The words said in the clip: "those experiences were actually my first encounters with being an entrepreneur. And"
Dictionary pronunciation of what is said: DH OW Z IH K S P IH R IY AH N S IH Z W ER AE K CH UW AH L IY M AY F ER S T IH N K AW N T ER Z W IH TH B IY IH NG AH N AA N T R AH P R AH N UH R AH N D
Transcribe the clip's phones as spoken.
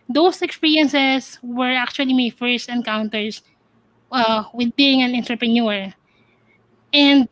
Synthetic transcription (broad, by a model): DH OW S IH K S P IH R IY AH N S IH S W ER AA K CH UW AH L IY M AY F ER S T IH N K AW N T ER S W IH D B IY IH NG AH N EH N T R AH P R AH N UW R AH N D